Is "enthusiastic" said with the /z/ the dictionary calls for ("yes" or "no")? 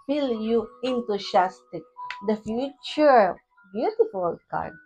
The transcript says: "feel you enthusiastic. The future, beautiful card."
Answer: no